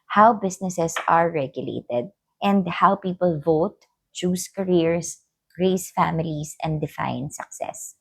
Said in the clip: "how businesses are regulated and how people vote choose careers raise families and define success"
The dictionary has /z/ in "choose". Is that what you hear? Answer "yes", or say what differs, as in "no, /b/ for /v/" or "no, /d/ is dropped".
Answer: no, /s/ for /z/